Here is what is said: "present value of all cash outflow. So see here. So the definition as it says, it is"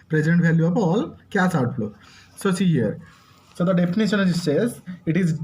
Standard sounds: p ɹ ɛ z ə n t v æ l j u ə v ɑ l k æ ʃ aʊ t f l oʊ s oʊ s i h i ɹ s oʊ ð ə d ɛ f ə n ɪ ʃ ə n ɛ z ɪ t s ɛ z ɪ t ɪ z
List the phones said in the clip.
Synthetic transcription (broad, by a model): p ɹ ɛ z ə n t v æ l j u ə p ɑ l k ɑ s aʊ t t l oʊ s oʊ s i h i ɹ s oʊ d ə d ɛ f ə n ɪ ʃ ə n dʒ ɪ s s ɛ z ɪ t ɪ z